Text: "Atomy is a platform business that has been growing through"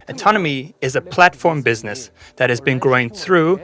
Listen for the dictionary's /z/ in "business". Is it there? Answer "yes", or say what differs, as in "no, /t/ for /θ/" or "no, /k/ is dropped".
yes